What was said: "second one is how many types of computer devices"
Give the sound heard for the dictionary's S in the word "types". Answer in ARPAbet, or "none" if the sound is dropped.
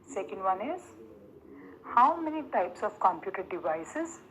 S